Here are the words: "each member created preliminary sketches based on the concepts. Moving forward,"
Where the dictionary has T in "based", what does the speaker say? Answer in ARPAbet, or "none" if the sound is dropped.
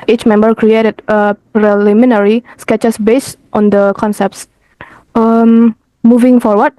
T